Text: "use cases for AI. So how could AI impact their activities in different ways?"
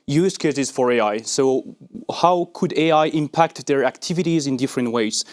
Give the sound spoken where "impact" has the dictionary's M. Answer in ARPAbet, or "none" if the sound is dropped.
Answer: M